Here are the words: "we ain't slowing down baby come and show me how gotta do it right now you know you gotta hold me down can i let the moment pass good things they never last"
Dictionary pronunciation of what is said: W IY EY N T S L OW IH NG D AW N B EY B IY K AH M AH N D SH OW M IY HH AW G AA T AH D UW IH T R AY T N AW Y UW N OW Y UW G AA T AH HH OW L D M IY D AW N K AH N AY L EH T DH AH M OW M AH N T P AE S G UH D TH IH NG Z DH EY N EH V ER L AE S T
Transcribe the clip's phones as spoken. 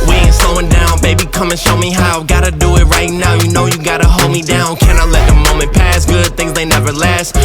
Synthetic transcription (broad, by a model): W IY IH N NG S OW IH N D AW N B EY B IY K AH M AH N SH OW M IY HH AW G AA T AH D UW IH T R AY T N AW Y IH N OW Y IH G AA T AH HH OW L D M IY D AW N K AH N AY L EH T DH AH M OW M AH N P AE S G UH D TH IH NG Z DH EY N EH V ER L AE S T